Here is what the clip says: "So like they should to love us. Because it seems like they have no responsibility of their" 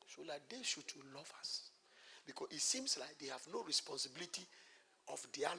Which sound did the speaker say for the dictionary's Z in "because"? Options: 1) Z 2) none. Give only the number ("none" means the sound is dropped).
2